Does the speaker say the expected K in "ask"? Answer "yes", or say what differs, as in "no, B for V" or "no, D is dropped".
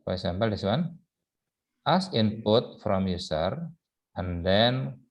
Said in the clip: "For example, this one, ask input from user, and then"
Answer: no, K is dropped